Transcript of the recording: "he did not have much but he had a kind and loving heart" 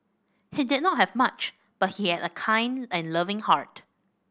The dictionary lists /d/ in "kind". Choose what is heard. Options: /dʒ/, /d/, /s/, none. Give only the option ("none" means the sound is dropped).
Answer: /d/